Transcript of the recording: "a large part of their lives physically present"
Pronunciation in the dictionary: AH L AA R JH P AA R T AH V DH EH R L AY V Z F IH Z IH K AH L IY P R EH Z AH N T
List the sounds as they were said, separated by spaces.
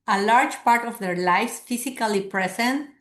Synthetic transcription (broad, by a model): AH L AA R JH P AA R T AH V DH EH R L AY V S F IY S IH K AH L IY P R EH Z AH N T